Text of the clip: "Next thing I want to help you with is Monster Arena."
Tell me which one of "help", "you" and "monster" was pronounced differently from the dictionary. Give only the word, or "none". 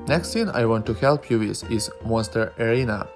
monster